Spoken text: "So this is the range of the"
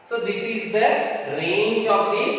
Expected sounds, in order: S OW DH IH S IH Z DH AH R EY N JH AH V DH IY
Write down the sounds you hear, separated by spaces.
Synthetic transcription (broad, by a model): S OW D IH S IH Z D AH R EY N CH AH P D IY